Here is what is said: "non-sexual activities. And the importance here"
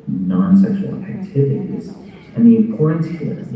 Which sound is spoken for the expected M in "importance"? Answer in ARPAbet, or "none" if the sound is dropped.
none